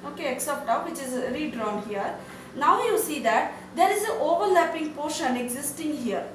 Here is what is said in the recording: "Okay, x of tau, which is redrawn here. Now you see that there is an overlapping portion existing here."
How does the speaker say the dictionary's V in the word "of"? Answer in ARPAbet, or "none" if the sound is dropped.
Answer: P